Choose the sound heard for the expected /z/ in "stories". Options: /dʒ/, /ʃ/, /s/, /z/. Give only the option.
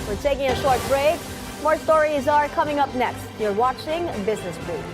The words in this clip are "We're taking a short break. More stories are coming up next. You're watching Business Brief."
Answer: /z/